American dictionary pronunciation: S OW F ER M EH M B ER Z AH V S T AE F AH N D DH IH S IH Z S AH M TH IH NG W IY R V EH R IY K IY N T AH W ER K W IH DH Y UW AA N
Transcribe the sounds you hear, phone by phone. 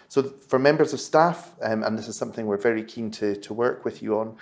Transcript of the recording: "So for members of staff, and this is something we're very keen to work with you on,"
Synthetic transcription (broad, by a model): S OW F ER M EH M B ER Z AH V S T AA F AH N DH IH S IH Z S AH M TH IH NG W IY R V EH R IY K IY N T AH W ER K W IH DH Y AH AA N